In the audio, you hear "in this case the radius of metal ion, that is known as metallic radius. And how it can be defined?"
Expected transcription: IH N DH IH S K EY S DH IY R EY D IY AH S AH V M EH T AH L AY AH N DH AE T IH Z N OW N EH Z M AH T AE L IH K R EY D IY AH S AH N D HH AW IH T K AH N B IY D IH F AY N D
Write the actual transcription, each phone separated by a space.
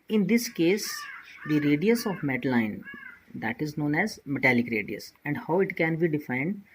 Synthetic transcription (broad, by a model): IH N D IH S K EY S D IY R EY D IY AH S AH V M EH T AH L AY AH N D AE T IH Z N OW N EH Z M AH T AE L IH K R EY D IY AH S AH N D HH AW IH T K AH N B IY D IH F AY N D